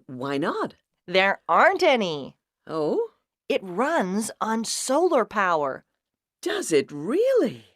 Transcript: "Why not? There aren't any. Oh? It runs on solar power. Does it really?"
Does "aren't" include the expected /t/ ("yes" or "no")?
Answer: yes